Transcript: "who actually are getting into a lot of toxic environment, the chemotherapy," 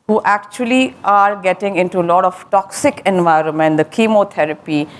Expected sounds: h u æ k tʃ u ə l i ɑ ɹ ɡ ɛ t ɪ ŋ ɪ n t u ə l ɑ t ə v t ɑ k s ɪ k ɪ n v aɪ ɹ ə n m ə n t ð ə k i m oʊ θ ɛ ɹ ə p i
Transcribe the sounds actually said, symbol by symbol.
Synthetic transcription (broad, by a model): h u æ k tʃ u ə l i ɑ ɹ ɡ ɛ t ɪ ŋ ɪ n t u ə l ɑ t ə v t ɑ k s ɪ k ɪ n v aɪ ɹ ə n m ə n t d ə k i m oʊ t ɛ ɹ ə p i